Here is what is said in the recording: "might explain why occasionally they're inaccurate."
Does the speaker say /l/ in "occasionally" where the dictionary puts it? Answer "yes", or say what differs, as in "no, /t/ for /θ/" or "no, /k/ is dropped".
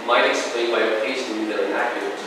no, /l/ is dropped